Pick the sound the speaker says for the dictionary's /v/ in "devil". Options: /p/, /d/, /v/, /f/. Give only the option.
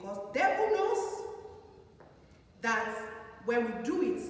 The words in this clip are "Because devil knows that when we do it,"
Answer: /f/